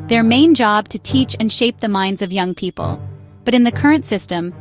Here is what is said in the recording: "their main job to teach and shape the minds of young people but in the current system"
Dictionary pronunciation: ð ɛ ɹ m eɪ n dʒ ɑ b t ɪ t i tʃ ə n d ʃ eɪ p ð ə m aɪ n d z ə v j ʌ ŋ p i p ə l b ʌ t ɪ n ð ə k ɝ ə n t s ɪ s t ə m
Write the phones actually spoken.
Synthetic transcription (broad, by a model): ð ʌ ɹ m eɪ n dʒ ɑ b t ɪ t i tʃ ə n ʃ eɪ p ð ə m aɪ n d z ə v j ʌ ŋ p i p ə l b ʌ t ɪ n ð ə k ɝ ə n t s ɪ s t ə m